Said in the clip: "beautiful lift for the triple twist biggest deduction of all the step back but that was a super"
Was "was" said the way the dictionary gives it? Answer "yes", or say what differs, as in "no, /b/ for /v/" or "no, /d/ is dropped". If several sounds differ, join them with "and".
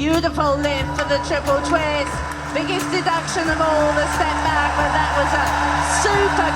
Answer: yes